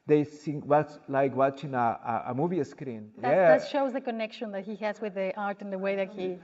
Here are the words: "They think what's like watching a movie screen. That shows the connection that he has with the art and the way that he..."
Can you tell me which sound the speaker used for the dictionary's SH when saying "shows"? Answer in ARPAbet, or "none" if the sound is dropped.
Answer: SH